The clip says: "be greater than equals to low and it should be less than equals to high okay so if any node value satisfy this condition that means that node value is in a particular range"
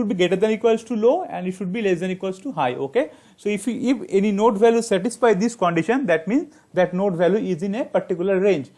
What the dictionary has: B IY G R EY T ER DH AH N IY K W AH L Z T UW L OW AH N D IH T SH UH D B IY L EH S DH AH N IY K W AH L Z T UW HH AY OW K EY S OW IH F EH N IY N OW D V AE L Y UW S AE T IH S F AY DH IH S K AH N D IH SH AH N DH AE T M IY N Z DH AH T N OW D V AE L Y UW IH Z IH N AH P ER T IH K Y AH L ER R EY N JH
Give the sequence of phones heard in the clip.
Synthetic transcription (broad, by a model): B IY G EY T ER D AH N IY K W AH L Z T UW L OW AH N D IH T SH UH D B IY L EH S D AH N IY K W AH L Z T UW HH AY OW K EY S OW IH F EH N IY N OW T V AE L Y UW S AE T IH S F AY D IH S K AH N D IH SH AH N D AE T M IY N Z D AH T N OW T V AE L Y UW IH Z IH N AH P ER T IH K Y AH L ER R EY N JH